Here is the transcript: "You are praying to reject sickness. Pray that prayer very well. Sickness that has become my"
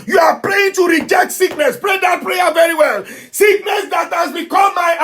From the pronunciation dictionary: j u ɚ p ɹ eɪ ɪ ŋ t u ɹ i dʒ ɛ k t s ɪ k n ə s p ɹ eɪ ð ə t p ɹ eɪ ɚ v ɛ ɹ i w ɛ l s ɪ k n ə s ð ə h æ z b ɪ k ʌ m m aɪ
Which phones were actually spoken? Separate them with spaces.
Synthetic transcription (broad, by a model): j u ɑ p ɹ eɪ ɪ ŋ t u ɹ i dʒ ɛ k t s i k n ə s p ɹ eɪ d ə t p ɹ eɪ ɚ v ɛ ɹ i w ɛ l s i k n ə s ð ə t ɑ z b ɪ k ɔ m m aɪ